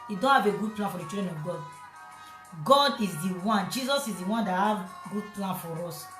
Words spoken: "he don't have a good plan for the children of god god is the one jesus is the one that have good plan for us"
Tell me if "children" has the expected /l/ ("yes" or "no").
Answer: no